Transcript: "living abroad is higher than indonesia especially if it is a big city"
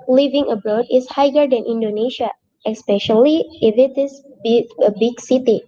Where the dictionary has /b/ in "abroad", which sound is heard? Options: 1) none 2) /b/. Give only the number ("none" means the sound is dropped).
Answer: 2